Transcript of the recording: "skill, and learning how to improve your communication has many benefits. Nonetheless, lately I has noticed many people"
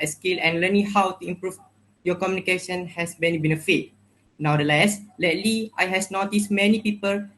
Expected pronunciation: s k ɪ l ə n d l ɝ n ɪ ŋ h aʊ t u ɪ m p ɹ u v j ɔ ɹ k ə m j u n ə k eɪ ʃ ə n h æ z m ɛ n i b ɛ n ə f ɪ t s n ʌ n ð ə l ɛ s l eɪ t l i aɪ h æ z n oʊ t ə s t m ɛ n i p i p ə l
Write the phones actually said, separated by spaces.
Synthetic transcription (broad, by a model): s k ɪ l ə n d l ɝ n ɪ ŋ h aʊ t u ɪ m p ɹ u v j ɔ k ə m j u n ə k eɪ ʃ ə n h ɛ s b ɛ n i b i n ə f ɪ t n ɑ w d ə l ɛ s l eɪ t l i aɪ h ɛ s n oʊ t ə s m ɛ n i p i p ə l